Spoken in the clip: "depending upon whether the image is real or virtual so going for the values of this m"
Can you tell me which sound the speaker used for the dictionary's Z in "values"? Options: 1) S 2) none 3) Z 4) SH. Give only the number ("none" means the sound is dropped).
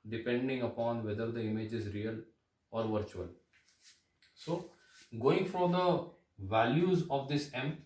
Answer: 3